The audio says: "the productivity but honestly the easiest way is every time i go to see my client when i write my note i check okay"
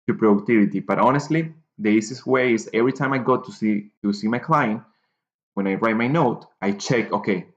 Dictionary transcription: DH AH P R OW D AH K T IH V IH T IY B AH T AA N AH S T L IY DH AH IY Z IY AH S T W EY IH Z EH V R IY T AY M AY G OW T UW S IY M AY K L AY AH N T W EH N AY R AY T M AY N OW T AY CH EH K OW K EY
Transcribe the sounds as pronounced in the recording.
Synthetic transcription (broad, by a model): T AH P R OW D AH K T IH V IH T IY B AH T AA N AH S T L IY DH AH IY S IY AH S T W EY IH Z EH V R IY T AY M AY G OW T UW S IY M AY K L AY AH N T W EH N AY R AY T M AY N OW T AY CH EH K OW K EY